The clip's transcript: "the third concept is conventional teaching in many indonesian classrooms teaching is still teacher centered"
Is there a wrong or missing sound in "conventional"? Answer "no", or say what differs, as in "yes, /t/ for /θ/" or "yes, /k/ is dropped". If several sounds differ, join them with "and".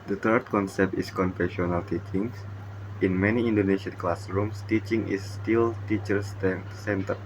yes, /f/ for /v/ and /n/ is dropped